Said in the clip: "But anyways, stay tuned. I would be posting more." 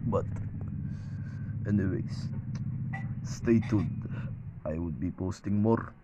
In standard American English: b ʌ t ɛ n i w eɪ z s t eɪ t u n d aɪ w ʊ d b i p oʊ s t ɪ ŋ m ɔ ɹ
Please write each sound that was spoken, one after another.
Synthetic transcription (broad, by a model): b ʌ t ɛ n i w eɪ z s t eɪ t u d aɪ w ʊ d b i p oʊ s t ɪ ŋ m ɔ ɹ